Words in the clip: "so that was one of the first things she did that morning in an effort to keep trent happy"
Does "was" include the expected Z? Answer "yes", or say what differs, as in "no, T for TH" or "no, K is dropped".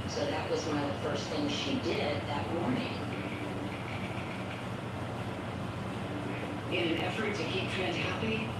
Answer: yes